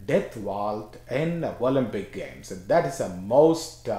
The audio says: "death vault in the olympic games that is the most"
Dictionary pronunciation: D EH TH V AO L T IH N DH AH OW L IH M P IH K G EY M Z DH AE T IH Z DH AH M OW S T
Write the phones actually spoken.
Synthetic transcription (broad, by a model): D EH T V AO L T IH N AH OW L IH M P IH K G EY M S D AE T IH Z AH M OW S T